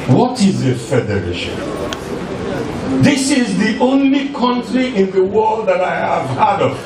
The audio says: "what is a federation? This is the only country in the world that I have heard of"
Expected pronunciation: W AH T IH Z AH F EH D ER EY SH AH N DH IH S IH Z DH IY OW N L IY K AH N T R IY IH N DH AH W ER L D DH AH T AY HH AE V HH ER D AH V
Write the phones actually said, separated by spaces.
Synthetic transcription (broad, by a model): W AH T IH Z AH F EH D ER EY SH AH N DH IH S IH Z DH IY OW N L IY K AH N T R IY IH N DH AH W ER L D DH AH T AY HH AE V HH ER D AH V